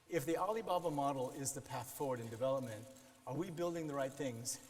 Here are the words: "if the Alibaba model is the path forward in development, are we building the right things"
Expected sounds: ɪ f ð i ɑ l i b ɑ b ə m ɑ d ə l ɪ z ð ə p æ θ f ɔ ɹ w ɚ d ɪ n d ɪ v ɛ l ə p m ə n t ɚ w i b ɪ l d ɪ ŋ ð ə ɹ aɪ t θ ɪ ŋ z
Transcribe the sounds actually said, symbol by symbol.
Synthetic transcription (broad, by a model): ɪ f ð i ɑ l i b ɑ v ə m ɑ d l ɪ z ð ə p æ θ f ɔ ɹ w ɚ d ɪ n d ɪ v ɛ l ə p m ə n t ɚ w i b ɪ l d ɪ ŋ ð ə ɹ aɪ t θ ɪ ŋ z